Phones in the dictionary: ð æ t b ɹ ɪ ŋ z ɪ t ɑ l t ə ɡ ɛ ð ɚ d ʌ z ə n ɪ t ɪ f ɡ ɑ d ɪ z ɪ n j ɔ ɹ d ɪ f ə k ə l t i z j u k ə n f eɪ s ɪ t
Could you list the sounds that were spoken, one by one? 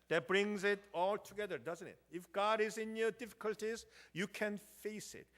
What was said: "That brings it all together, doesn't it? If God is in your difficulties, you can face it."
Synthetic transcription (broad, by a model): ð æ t b ɹ ɪ ŋ z ɪ t ɑ l t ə ɡ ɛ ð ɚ d ʌ z ə n ɪ t ɪ f ɡ ɑ d ɪ z ɪ n j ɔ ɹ d ɪ f ə k ə l t i z j u k ə n f eɪ s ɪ t